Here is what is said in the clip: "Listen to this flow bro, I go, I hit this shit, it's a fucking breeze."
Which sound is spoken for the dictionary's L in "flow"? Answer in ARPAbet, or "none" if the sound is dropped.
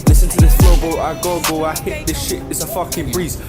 none